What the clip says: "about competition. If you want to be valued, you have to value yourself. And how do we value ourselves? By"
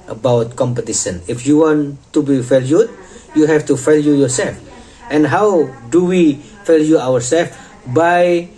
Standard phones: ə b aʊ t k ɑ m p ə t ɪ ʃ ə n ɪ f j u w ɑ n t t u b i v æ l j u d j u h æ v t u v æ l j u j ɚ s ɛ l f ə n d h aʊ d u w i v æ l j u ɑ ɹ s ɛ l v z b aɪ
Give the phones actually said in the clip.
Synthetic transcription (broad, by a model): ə b aʊ t k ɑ m p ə t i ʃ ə n ɪ f j u w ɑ n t t u b i f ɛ l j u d j u h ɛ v t u f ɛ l j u j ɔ s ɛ l f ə n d h aʊ d u w i f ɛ l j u ɑ ɹ s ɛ l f b aɪ